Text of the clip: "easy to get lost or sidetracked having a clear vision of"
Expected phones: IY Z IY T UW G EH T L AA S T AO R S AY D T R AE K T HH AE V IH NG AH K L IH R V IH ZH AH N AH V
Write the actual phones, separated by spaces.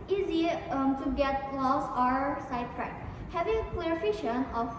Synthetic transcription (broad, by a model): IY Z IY T UW G EH T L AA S AO R S AY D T R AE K HH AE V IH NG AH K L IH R F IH SH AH N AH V